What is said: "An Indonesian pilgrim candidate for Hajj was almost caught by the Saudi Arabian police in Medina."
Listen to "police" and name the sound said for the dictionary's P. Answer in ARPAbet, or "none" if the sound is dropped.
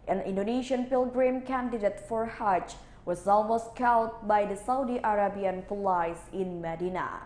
F